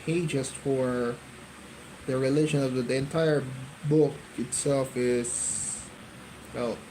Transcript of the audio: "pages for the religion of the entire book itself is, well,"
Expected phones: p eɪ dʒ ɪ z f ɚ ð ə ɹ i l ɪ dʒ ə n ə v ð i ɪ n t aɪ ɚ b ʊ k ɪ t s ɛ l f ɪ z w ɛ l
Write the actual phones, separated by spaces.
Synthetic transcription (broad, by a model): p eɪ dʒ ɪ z f ɚ ð ə ɹ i l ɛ ʃ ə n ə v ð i ɪ n t aɪ ɚ b ʊ k ɪ t s ɛ l f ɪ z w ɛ l